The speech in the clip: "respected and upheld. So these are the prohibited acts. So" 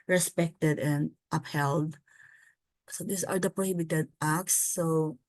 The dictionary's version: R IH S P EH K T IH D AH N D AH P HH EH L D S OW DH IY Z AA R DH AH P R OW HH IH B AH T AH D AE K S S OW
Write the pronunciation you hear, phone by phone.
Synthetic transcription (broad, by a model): R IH S P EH K T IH D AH N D AH P HH EH L D S OW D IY S AA R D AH P R OW HH IH B AH T AH D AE K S S OW